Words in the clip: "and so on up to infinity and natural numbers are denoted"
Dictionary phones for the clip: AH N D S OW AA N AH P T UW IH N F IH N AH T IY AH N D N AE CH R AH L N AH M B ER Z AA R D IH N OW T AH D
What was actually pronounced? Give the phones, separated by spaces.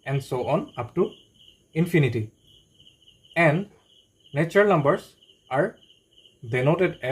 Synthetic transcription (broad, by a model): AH N D S OW AA N AH P T UW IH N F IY N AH T IY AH N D N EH CH AH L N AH M B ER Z AA R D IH N OW T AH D